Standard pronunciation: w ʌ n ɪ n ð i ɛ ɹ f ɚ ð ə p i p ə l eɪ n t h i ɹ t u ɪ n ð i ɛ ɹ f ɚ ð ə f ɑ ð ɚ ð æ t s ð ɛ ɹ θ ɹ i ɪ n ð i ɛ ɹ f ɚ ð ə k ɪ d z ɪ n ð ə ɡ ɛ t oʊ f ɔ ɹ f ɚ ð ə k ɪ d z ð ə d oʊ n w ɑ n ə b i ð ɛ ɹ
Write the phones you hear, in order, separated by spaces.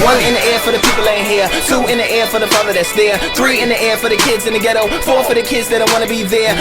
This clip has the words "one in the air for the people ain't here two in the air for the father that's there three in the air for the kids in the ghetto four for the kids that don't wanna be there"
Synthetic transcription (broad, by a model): w ʌ n ɪ n ð i ɛ ɹ f ɚ ð ə p i p l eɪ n h i ɹ t u ɪ n ð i ɛ ɹ f ɚ ð ə f ɑ ð ɚ ð æ t s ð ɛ ɹ θ ɹ i ɪ n ð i ɛ ɹ f ɚ ð ə k ɪ d z ɪ n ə ɡ ɛ t oʊ f ɔ ɹ f ɚ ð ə k ɪ d z ð ə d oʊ w ɑ n ə b i ð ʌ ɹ